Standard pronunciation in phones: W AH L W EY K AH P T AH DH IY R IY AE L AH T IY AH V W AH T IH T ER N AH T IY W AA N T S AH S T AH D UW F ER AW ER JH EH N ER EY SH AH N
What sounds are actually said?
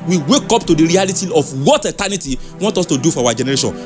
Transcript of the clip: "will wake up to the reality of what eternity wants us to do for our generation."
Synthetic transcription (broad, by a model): W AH W EY K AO P T AH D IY R IY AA L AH T IY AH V W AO T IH T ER N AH T IY W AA N T AO S T AH D UW F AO AW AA JH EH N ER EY SH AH N